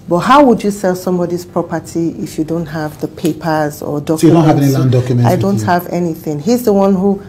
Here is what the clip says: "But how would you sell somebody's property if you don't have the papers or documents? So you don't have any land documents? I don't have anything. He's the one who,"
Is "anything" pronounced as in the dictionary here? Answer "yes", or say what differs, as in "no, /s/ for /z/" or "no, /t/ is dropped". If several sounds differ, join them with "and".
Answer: yes